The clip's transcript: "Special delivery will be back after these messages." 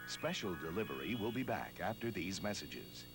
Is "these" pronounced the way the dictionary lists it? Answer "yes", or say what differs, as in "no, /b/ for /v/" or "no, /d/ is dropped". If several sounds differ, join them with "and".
yes